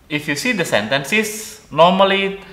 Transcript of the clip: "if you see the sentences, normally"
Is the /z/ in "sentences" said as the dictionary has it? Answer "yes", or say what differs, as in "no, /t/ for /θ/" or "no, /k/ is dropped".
no, /s/ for /z/